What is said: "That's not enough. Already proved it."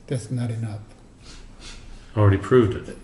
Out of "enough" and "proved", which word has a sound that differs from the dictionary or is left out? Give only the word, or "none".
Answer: none